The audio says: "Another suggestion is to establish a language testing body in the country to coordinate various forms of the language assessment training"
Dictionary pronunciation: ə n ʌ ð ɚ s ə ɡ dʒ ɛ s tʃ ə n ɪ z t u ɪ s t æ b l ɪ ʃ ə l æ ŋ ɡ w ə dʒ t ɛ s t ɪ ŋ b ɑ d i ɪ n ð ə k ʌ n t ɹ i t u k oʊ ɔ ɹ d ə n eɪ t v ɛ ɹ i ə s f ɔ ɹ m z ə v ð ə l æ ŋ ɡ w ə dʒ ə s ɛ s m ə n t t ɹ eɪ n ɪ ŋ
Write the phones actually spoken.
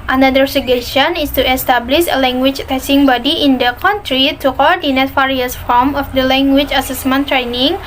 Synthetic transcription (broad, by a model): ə n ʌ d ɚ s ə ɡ ɛ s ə n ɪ s t u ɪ s t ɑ b l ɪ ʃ ə l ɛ ŋ ɡ w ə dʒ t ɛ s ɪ ŋ b ɑ d i ɪ n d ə k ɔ n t ɹ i t u k oʊ ɔ ɹ d ə n eɪ t f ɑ ɹ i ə s f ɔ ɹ m ə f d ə l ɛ ŋ ɡ w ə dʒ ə s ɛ s m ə n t t ɹ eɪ n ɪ ŋ